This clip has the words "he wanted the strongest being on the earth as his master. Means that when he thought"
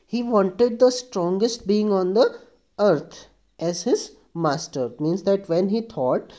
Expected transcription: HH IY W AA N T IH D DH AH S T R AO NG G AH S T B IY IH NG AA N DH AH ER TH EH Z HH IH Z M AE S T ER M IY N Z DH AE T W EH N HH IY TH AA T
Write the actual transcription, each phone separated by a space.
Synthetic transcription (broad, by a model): HH IY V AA N T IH D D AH S T R AO NG G AH S T B IY IH NG AA N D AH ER T EH Z HH IH Z M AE S T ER M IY N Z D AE T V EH N HH IY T AA T